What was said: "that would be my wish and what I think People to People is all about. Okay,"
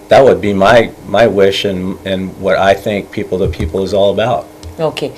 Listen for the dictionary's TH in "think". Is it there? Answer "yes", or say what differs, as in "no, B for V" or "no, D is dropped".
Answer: yes